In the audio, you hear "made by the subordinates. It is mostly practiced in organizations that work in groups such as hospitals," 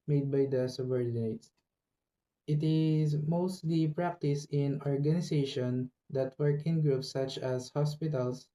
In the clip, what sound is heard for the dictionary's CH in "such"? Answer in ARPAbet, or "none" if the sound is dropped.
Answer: CH